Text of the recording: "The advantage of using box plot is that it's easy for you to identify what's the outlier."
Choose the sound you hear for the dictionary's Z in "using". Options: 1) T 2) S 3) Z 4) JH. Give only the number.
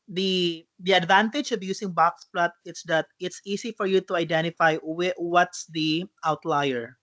2